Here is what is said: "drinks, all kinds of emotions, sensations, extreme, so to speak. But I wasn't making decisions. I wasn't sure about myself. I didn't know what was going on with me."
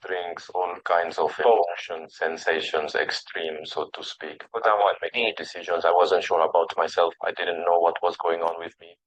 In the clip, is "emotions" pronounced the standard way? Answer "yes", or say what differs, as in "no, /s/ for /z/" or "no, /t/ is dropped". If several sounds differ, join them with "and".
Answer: no, /m/ is dropped